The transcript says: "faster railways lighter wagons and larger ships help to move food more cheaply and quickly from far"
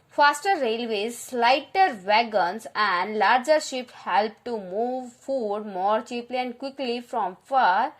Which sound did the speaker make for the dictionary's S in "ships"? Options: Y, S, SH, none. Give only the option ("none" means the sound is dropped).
none